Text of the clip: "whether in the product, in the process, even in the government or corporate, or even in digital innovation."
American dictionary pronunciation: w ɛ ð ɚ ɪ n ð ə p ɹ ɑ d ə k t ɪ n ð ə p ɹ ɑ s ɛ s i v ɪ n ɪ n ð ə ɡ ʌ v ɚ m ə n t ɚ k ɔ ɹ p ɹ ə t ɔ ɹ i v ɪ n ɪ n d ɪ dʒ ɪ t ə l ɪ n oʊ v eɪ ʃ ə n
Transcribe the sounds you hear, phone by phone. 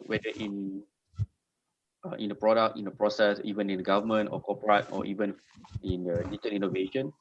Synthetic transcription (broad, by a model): w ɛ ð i ɪ n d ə p ɹ ɑ d ə k t ɪ n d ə p ɹ ɑ s ɛ s i v ɪ n ɪ n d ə ɡ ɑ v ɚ m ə n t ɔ k ɔ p ɹ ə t ɔ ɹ i v ɪ n ɪ n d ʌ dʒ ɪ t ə n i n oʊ v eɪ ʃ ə n